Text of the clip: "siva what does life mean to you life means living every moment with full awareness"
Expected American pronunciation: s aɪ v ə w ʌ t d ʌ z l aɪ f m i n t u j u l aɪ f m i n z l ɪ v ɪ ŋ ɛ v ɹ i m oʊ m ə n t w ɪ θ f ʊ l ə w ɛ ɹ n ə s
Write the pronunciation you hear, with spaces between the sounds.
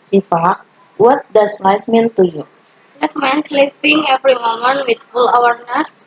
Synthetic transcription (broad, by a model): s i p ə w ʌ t d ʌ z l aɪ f m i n t u j u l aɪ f m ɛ n s l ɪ p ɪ ŋ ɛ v ɹ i m oʊ m ə n t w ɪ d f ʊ l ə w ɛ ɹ n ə s